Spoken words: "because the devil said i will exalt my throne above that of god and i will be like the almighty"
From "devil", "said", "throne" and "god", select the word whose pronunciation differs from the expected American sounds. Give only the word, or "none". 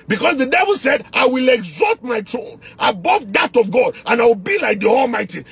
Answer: throne